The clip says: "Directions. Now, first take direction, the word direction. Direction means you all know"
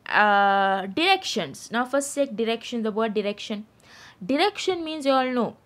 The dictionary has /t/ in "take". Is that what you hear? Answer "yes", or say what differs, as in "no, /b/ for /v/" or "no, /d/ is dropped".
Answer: no, /s/ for /t/